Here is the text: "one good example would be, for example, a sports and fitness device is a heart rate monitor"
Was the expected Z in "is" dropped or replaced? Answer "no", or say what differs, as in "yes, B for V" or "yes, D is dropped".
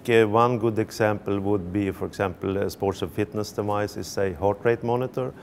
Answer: yes, S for Z